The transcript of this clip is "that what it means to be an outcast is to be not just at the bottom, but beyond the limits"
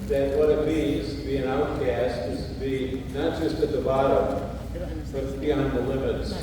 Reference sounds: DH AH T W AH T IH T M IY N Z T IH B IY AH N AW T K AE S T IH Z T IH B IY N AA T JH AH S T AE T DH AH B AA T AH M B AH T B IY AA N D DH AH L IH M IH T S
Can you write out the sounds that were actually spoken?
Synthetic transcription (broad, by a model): DH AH T W AH T IH T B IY Z T IH B IY AH N AW T K AE S T IH Z T IH B IY N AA T JH AH S T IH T DH AH B AA T AH M B AH T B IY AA N DH AH L IH M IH T S